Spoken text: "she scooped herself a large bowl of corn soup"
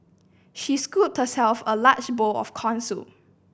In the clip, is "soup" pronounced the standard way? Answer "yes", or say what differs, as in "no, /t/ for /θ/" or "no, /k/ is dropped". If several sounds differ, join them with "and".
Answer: no, /p/ is dropped